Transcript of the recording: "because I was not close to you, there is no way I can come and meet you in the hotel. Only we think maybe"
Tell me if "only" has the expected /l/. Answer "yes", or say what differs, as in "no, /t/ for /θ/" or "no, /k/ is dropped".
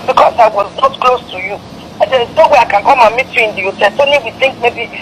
no, /l/ is dropped